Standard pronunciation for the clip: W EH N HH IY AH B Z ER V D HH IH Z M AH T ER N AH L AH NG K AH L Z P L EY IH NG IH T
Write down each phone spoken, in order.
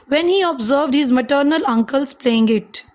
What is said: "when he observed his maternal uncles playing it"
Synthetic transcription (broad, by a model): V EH N HH IY AH B Z ER V D HH IH Z M AH T ER N AH L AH NG K AH L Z P L EY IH NG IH T